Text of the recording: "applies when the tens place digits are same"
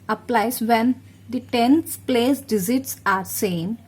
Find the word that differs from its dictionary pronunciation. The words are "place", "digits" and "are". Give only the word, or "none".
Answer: digits